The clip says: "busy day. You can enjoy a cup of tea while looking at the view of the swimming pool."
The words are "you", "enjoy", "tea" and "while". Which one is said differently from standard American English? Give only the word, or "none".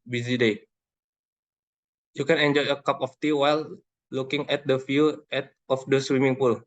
none